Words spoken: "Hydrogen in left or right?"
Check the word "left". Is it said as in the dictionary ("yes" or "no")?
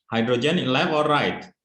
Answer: no